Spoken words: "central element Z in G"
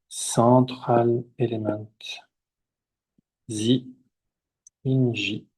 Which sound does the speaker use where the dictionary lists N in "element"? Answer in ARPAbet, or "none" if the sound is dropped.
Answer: none